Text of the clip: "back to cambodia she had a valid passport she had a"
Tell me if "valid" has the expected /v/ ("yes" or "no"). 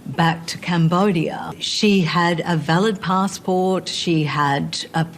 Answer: yes